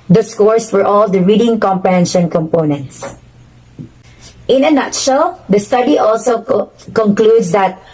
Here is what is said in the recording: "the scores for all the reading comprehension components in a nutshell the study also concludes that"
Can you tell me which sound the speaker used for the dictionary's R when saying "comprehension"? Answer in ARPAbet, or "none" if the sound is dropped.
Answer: none